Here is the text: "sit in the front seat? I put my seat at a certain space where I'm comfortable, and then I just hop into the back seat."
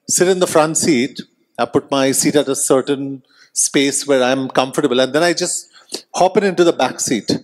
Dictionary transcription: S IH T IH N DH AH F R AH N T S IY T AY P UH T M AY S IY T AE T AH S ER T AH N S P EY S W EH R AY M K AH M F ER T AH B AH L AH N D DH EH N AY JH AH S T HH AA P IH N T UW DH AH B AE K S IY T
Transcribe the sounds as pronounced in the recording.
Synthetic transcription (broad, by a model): S IH T IH N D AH F R AH N T S IY T AY P UH T M AY S IY T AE T AH S ER T AH N S P EY S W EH R AY M K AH M F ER T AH B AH L AH N D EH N AY JH AH S T HH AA P IH N T UW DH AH B AE K S IY T